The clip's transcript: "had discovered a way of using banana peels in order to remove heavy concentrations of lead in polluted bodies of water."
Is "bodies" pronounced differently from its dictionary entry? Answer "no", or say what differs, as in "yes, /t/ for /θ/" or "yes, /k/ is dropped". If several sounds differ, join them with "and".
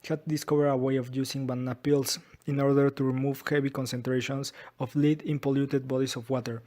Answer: yes, /s/ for /z/